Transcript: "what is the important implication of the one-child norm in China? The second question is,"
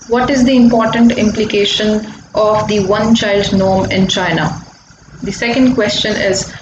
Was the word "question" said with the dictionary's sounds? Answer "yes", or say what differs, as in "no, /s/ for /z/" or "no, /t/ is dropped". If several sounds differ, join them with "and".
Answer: yes